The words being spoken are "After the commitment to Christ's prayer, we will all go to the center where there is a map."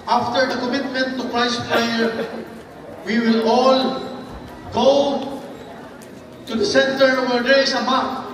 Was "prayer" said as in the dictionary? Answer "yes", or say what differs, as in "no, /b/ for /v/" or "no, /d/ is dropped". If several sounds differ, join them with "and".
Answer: no, /l/ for /ɹ/